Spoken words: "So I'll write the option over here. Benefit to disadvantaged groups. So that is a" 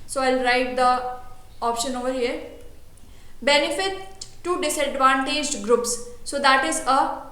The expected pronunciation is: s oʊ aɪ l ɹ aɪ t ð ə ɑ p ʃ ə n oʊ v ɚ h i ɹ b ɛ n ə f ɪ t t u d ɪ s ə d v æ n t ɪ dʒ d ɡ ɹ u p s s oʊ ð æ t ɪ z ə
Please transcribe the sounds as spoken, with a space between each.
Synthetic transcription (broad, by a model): s oʊ aɪ l ɹ aɪ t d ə ɑ p ʃ ə n oʊ v ɚ h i ɹ b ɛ n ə f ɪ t t u d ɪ s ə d v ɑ n t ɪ dʒ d ɡ ɹ u p s s oʊ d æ t ɪ z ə